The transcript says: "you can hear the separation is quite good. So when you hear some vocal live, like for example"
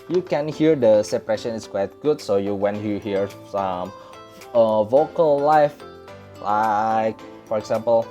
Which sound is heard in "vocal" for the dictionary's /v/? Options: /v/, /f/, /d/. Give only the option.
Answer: /v/